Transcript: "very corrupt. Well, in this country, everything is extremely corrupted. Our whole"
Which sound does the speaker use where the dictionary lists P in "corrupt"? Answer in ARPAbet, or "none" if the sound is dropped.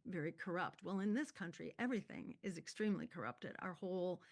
P